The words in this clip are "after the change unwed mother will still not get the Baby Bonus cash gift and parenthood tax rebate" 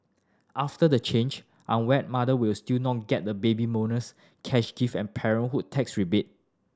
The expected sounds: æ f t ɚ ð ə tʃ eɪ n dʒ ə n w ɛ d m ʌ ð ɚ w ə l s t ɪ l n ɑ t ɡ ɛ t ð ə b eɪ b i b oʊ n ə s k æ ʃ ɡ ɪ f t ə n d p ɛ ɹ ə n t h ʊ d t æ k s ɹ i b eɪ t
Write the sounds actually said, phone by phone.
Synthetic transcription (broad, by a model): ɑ f t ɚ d ə tʃ eɪ n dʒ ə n w ɛ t m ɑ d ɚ w ə l s t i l n ɑ t ɡ ɛ t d ə b eɪ b i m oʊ n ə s k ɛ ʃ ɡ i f ə n p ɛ ɹ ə n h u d t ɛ k s ɹ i b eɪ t